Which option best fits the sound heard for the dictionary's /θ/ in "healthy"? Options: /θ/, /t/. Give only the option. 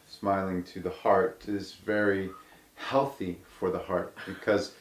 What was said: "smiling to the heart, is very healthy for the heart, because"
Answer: /θ/